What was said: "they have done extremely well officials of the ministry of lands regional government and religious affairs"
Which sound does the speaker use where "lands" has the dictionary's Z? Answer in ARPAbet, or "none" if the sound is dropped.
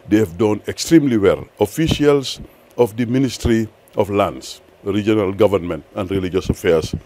S